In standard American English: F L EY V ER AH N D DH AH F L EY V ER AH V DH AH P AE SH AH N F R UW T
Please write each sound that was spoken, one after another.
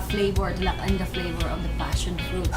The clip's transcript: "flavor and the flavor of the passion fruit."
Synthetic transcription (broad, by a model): F L EY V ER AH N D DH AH F L EY V ER AH V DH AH P AE SH AH N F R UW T